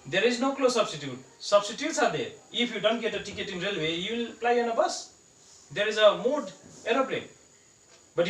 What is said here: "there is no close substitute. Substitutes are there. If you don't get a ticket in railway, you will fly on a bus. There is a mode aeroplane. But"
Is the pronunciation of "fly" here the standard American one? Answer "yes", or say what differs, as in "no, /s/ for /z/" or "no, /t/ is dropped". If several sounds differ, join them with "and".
no, /p/ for /f/